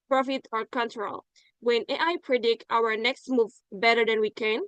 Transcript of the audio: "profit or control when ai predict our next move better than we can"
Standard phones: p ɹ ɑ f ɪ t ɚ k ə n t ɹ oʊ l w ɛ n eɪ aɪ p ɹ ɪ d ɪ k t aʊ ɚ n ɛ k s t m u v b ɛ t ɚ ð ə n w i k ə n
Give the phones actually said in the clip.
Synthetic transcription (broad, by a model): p ɹ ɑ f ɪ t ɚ k ə n t ɹ oʊ l w ɛ n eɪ aɪ p ɹ ɪ d ɪ k t aʊ ɚ n ɛ k s t m u v b ɛ t ɚ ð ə n w i k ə n